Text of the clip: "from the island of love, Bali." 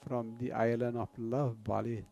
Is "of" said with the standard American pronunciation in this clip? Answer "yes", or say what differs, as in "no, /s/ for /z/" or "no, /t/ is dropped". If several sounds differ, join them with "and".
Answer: no, /p/ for /v/